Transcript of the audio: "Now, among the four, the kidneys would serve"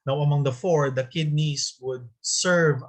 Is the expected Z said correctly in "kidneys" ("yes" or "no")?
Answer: no